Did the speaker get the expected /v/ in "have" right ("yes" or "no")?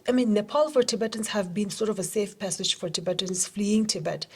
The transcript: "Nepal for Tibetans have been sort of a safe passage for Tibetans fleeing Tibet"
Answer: yes